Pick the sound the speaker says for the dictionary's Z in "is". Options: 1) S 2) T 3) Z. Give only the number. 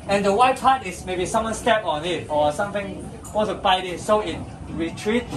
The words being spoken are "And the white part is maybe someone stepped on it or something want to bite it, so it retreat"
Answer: 1